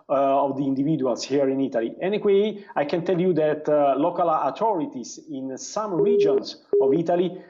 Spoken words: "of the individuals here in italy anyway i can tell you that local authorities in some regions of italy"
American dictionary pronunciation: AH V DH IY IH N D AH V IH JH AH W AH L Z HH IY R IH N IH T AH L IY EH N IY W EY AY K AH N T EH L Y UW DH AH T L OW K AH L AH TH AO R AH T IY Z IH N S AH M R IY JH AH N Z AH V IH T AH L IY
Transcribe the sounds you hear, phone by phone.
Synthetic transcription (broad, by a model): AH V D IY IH N D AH V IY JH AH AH L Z HH IY R IH N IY T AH L IY EH N IY W EY AY K AH N T EH L Y UW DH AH T L OW K AH L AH T AO R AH T IY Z IH N S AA M R IY JH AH N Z AH V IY T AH L IY